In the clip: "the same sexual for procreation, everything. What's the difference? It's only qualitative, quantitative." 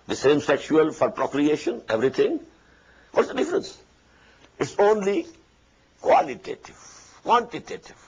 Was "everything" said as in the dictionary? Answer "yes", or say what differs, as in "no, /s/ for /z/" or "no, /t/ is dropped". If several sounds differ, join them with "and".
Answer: no, /t/ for /θ/